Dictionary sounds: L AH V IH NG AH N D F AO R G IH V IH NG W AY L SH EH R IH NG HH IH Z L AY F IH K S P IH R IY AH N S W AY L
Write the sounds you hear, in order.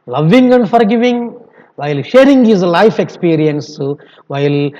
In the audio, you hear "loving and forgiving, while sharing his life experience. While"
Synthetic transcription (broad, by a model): L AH V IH NG AH N D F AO R G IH V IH NG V AY L SH EH R IH NG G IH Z L AY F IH K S P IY R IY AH N S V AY L